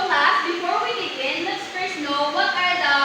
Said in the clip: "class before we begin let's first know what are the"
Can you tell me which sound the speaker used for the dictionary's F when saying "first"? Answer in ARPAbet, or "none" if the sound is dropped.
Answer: P